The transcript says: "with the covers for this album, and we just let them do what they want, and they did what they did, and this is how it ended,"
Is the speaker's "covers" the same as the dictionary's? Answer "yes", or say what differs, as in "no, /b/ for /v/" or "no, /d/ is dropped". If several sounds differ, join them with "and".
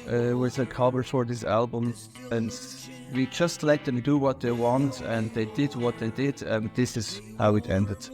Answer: no, /b/ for /v/ and /z/ is dropped